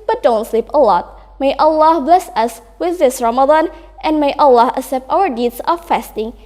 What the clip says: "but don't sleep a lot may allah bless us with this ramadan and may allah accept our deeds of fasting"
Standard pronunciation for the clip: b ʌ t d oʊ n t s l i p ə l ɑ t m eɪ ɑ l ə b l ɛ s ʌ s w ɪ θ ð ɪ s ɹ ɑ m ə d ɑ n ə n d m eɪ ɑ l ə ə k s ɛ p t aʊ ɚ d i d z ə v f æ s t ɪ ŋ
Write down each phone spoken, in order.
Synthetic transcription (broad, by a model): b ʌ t d oʊ n t s l i p ə l ɑ t m eɪ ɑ l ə b l ɛ s ʌ s w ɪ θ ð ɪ s ɹ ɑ m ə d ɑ n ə n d m eɪ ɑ l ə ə s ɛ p t aʊ ɚ d i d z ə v f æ s t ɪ ŋ